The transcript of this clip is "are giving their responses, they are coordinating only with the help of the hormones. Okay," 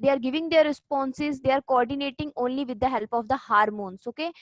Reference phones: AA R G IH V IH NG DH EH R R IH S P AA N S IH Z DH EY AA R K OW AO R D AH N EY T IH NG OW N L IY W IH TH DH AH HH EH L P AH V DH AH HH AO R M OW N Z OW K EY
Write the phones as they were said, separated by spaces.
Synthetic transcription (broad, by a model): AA R G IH V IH NG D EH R R IH S P AA N S IH Z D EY AA R K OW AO R D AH N EY T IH NG OW N L IY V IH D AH HH EH L P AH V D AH HH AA R M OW N S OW K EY